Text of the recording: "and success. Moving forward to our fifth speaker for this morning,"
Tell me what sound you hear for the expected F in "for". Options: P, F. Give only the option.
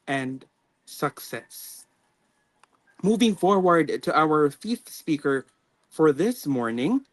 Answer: F